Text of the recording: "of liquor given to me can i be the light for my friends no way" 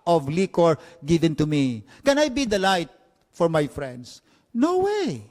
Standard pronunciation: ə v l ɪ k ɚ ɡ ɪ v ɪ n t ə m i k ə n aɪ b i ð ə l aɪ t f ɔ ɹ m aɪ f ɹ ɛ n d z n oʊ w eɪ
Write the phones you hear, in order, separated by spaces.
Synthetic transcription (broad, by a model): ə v l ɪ k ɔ ɡ ɪ v ɪ n t ə m i k ə n aɪ b i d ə l aɪ t f ɔ ɹ m aɪ f ɹ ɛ n d s n oʊ w eɪ